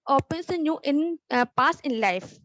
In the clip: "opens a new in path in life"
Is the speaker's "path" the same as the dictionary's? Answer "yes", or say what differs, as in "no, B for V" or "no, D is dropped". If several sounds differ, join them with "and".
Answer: no, S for TH